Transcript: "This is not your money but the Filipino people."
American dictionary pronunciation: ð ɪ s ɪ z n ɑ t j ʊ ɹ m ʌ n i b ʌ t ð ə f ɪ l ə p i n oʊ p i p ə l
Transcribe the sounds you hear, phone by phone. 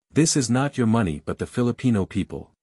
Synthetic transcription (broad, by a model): ð ɪ s ɪ z n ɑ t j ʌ ɹ m ʌ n i b ʌ t ð ə f ɪ l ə p i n oʊ p i p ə l